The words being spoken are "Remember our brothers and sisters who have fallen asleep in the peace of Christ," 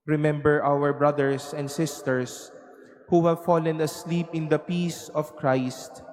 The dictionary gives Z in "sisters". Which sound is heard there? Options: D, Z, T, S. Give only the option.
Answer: S